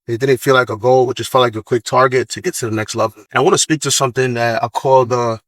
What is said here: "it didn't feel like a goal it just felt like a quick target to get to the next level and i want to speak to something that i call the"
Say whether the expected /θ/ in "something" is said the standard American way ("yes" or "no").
yes